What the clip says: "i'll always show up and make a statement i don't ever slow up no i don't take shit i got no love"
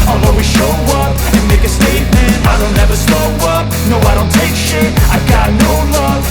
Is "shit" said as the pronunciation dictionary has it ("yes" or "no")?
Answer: no